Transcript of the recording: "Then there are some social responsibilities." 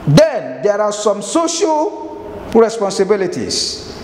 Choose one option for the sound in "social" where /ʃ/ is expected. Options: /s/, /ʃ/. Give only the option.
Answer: /ʃ/